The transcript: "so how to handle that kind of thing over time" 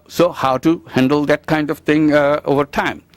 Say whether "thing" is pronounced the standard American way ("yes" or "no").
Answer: no